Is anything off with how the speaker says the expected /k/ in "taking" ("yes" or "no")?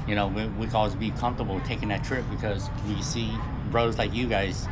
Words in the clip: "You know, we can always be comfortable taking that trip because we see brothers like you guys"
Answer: no